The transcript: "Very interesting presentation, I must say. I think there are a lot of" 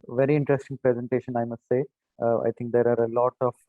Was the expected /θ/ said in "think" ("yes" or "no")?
no